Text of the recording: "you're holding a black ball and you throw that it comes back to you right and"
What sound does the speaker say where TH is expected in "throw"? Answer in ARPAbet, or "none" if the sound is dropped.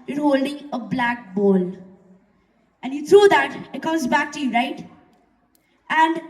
T